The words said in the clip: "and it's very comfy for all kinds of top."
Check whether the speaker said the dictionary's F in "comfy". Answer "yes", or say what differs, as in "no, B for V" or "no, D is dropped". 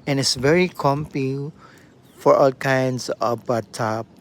no, P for F